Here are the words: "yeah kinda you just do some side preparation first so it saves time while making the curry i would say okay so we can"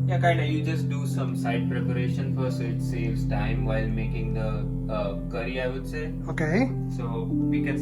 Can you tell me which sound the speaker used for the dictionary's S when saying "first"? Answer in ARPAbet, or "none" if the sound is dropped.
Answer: none